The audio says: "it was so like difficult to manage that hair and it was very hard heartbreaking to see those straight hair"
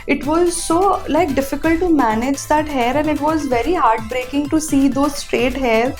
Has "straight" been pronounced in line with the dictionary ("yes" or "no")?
yes